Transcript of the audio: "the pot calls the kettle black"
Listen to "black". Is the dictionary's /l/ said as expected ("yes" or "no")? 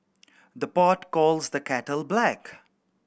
yes